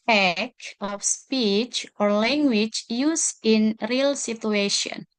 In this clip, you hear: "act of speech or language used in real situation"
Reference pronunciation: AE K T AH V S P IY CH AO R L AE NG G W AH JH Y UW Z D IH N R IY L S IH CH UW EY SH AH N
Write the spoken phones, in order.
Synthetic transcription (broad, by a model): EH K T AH F S P IY CH AO R L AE NG G W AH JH Y UW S IH N R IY L S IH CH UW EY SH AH N